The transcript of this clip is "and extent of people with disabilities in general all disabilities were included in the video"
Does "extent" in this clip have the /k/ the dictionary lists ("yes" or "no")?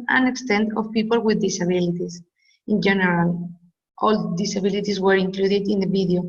yes